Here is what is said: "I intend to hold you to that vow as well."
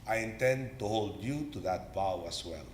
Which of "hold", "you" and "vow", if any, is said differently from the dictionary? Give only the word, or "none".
vow